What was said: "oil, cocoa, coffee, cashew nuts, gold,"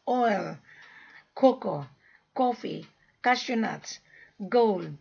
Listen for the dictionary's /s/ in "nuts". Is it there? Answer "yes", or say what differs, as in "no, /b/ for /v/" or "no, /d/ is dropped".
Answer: no, /s/ is dropped